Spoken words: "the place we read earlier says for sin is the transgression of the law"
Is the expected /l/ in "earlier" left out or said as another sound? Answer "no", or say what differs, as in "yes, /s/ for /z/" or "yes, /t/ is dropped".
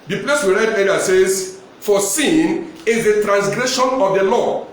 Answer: yes, /l/ is dropped